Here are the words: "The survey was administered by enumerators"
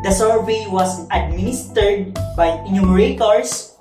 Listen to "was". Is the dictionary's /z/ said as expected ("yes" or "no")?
no